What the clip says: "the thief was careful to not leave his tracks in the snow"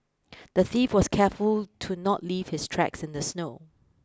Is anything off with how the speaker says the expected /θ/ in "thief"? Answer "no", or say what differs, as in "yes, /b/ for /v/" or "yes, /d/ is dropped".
no